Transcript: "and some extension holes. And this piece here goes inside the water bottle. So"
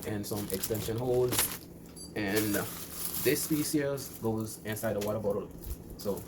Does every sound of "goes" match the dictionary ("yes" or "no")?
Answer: yes